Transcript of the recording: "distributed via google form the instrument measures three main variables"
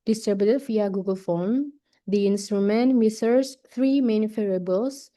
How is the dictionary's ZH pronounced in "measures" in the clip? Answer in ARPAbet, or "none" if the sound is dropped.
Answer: S